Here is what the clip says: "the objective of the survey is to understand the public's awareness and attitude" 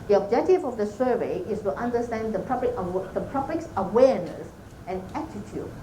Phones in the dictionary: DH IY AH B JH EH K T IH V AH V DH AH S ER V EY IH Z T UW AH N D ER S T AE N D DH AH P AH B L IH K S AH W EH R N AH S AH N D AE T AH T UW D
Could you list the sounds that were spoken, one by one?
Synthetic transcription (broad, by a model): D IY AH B JH EH K T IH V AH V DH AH S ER V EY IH S T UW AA N D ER S T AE N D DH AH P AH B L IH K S AH W EH R N AH S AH N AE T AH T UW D